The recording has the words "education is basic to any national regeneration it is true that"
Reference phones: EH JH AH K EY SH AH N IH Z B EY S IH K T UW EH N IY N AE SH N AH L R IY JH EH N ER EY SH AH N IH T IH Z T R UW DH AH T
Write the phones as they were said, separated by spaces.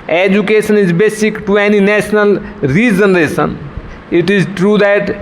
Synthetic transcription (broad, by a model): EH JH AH K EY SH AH N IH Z B EY S IH K T UW EH N IY N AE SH N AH L R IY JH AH N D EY S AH N IH T IH Z T R UW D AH T